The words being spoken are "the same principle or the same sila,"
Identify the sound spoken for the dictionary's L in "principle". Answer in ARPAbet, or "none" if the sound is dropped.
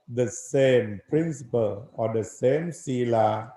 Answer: L